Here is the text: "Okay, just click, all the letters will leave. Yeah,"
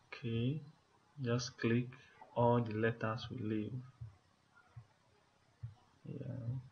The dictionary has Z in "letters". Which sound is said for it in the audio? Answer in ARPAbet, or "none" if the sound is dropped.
S